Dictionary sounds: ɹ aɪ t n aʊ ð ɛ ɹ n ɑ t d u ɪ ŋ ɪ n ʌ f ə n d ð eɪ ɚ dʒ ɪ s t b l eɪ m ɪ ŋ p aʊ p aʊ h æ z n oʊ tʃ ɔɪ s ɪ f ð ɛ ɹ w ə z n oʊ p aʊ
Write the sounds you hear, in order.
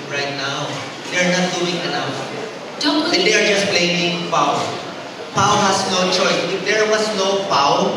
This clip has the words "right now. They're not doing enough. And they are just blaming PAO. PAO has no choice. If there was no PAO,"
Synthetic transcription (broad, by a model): ɹ aɪ t n aʊ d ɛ ɹ n ɑ t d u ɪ ŋ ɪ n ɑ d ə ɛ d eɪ ɚ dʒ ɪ s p l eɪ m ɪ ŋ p aʊ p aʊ h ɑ s n oʊ tʃ ɔɪ s ɪ f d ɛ ɹ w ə s n oʊ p aʊ